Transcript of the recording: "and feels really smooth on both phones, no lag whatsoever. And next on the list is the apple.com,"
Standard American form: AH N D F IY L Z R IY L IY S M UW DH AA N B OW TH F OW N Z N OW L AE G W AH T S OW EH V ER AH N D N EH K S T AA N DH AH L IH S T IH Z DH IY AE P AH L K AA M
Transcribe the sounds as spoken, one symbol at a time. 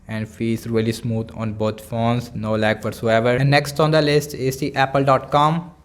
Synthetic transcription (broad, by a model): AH N D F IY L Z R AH L IY S M UW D AA N B OW T F OW N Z N OW L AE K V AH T S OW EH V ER AH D N EH K S T AA N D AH L IH S T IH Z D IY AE P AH L K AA M